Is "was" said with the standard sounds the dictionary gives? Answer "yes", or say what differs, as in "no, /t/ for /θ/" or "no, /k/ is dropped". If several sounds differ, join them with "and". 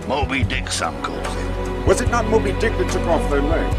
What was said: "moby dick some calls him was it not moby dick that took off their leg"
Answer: yes